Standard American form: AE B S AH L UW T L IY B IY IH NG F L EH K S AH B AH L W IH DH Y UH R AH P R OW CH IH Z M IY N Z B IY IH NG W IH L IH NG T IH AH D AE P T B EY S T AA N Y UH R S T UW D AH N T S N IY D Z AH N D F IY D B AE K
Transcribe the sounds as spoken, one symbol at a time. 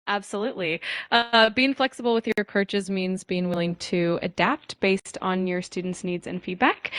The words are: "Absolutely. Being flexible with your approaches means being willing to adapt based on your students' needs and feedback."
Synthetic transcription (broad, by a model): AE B S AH L UW T L IY B IY IH NG F L EH K S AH B L W IH DH Y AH R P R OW CH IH Z M IY N Z B IY IH NG W IH L IH NG T IH AH D AE P T B EY S T N Y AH R S T UW D N T S N IY D Z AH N F IY D B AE K